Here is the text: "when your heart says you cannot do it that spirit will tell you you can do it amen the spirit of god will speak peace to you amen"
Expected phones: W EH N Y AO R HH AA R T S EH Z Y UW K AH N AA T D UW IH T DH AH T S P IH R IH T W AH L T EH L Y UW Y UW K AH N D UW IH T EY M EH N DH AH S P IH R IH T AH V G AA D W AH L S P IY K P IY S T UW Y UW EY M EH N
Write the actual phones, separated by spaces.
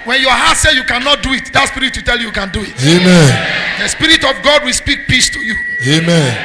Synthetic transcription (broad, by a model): W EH N Y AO HH AA T S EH Y UW K AH N AA T D UW IH T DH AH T S P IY R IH T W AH T EH L Y UW Y UW K AH N D UW IH T EY M EH N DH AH S P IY R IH T AH V G AA D W AH L S P IY K P IY S T UW Y UW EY M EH N